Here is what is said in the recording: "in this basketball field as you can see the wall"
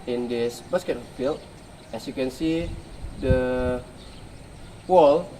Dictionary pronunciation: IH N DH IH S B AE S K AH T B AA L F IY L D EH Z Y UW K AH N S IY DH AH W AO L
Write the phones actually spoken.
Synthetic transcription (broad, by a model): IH N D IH S B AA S K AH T AA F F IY L EH S Y UW K AH N S IY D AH W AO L